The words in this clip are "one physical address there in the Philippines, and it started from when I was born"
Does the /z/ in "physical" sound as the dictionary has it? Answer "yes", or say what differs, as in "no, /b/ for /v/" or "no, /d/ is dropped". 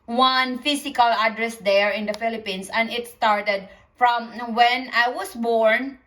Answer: no, /s/ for /z/